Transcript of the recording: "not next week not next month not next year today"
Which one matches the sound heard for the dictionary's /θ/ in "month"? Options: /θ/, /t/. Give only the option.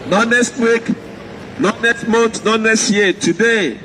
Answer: /t/